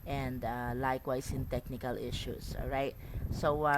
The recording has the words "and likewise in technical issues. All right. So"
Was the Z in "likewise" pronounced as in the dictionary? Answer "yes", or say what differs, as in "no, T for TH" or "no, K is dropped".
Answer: no, S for Z